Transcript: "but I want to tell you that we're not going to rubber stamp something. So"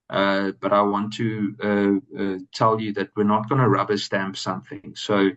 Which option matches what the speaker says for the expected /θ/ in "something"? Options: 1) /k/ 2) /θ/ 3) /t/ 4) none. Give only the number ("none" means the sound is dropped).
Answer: 2